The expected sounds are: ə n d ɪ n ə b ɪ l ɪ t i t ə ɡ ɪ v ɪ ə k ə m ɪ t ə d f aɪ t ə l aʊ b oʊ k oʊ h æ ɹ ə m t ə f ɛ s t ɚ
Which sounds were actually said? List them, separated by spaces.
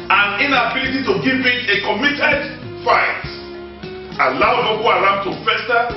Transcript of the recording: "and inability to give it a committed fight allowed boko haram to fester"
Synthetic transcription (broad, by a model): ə n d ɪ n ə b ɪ l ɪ t i t ə ɡ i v ɪ ə k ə m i t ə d f aɪ t ə l aʊ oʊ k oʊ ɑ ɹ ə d t ə f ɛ s t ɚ